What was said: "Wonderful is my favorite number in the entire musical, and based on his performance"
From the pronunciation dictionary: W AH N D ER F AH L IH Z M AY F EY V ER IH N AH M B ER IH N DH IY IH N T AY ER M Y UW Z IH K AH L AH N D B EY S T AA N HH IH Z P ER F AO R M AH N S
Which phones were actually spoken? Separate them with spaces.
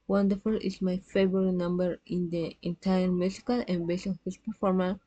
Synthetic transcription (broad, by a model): W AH N D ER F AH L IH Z M AY F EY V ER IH N AH M B ER IH N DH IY IH N T AY ER M Y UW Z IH K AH L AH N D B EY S AA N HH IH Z P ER F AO R M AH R